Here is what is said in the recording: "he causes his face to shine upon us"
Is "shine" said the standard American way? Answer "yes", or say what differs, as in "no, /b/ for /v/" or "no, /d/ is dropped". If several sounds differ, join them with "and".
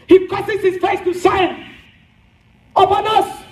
no, /s/ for /ʃ/